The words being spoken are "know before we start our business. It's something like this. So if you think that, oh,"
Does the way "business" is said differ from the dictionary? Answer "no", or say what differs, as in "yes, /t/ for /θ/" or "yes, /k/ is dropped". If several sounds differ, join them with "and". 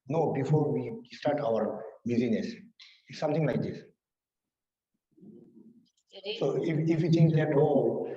yes, /n/ is dropped